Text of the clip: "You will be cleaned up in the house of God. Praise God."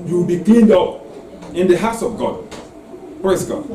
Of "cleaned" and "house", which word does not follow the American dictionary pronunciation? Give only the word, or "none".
none